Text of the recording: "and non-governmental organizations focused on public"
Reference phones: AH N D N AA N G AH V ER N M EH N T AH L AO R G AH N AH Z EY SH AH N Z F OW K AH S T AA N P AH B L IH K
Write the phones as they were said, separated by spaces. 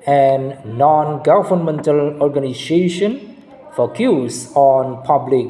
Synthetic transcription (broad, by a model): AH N N AA N G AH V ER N M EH N T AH L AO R G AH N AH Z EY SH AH N F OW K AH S AA N P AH B L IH K